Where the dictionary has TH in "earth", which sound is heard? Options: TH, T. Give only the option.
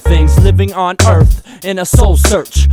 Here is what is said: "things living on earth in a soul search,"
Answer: TH